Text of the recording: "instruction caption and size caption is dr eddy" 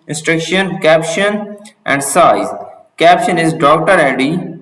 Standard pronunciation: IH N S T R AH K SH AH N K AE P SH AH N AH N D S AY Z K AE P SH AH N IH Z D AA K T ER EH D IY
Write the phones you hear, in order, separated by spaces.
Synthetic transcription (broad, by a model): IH N S T R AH K SH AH N K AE P SH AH N AH N D S AY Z K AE P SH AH N IH Z D AA K T ER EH D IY